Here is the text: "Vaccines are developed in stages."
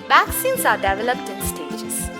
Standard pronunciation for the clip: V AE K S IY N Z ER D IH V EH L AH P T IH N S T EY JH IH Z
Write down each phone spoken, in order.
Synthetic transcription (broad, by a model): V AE K S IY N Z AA D IH V EH L AH P T IH N S T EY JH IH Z